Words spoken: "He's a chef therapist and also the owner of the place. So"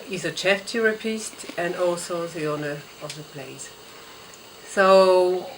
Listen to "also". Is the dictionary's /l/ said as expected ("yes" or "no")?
yes